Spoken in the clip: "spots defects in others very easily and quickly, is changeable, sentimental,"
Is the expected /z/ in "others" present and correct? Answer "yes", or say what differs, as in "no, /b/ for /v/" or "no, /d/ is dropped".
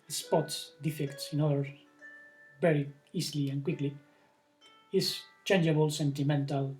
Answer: no, /z/ is dropped